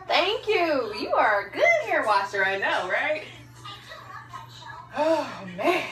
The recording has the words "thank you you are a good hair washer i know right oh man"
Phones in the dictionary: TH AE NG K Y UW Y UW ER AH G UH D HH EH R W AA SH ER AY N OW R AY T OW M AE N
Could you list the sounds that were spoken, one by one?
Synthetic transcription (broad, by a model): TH AE NG K Y UW Y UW ER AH G UH D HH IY R W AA S ER AY N OW R AY T OW M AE